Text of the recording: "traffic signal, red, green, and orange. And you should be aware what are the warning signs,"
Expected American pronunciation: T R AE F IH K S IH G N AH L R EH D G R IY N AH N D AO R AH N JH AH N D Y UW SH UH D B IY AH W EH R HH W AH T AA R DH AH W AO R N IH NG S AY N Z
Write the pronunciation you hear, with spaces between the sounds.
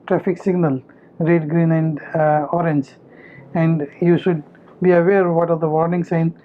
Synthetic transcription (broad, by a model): T R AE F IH K S IH G N AH L R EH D G R IY N AH N D AO R AH N JH AH N D Y UW SH UH D B IY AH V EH R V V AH T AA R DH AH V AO R N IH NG S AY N